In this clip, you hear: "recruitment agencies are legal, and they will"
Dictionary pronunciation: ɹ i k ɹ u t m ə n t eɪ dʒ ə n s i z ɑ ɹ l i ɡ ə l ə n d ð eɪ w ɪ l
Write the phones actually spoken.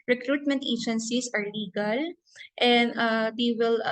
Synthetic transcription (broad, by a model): ɹ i k ɹ u t m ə n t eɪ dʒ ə n s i s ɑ ɹ l i ɡ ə l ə n d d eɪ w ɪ l